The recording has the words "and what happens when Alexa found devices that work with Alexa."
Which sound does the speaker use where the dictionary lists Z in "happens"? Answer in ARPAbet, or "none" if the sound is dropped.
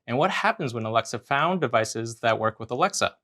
Z